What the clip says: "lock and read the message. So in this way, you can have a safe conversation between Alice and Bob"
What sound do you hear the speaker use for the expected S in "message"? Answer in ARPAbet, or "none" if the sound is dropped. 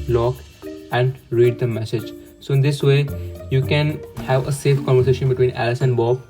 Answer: S